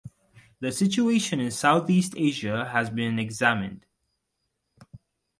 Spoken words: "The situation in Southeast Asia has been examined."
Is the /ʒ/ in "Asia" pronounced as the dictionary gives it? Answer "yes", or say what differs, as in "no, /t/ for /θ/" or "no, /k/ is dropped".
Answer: yes